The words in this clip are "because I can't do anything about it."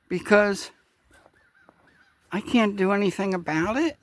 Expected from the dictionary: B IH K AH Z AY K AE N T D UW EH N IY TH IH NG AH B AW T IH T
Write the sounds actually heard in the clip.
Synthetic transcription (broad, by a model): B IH K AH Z AY K AE N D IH EH N IY TH IH NG AH B AW T IH T